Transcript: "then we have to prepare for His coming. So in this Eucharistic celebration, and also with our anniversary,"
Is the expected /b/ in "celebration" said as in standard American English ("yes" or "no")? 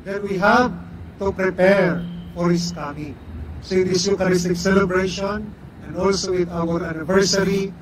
yes